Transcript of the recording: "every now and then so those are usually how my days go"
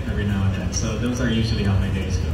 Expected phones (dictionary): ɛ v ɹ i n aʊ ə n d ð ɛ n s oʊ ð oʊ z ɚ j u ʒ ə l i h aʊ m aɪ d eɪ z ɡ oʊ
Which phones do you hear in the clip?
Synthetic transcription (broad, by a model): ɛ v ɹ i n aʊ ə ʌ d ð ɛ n s oʊ ð oʊ z ɚ j u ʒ l i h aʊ m aɪ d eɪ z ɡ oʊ